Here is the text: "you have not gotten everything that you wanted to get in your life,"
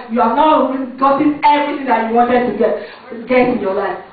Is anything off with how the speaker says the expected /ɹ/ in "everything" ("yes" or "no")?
yes